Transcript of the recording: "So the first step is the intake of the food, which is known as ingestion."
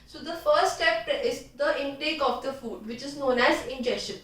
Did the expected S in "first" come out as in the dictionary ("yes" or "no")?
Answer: no